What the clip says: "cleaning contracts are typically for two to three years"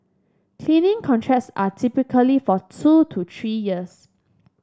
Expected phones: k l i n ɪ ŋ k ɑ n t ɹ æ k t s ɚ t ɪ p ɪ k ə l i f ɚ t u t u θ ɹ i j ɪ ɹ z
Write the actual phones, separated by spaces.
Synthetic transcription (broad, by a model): k l i n ɪ ŋ k ɑ n t ɹ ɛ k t s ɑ t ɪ p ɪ k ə l i f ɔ t u t u t ɹ i j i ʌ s